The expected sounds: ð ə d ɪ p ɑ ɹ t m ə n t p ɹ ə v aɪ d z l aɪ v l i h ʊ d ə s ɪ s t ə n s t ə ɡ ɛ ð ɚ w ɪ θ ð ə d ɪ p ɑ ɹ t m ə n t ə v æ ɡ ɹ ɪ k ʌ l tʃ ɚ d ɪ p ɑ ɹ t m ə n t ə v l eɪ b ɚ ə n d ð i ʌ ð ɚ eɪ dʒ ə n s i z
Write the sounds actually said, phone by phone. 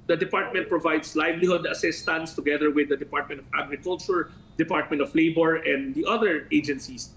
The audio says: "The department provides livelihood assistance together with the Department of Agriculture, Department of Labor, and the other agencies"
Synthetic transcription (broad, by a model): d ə d ɪ p ɑ ɹ t m ə n t p ɹ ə v aɪ d s l aɪ v l i h ʊ d ə s ɪ s t ə n s t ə ɡ ɛ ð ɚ w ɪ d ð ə d ɪ p ɑ ɹ t m ə n t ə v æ ɡ ɹ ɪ k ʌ l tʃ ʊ d ɪ p ɑ ɹ t m ə n t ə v l eɪ b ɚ ə n d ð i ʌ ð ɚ eɪ dʒ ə n s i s